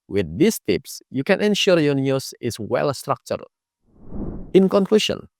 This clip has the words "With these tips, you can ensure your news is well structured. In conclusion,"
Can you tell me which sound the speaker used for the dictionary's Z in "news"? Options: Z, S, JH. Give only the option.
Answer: S